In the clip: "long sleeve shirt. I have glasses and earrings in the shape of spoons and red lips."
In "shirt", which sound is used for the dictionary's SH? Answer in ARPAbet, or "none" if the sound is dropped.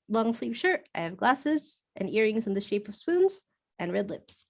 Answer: SH